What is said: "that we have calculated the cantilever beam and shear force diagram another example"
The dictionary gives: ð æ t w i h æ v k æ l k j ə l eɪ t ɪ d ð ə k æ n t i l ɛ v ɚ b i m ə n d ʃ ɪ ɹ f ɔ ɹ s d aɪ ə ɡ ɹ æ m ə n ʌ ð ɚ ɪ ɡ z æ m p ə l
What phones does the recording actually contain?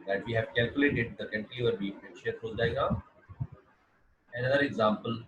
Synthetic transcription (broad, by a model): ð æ t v i h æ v k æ l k j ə l eɪ t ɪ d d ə k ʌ n t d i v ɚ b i ə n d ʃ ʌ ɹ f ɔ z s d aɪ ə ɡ ɑ ə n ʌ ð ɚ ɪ ɡ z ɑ m p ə l